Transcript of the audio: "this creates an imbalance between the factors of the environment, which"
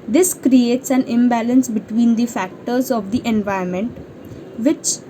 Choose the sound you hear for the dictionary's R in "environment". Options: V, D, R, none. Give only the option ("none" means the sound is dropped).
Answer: none